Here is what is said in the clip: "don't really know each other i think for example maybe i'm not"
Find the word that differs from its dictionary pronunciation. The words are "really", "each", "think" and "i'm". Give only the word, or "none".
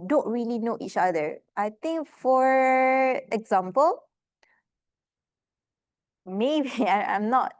think